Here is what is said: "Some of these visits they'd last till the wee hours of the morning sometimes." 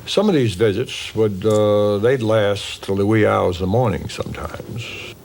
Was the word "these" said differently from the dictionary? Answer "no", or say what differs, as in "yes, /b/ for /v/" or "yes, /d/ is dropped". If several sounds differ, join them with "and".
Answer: no